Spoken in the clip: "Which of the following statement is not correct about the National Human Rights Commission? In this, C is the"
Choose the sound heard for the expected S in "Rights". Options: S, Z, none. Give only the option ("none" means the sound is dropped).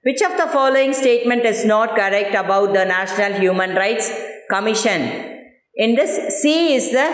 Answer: S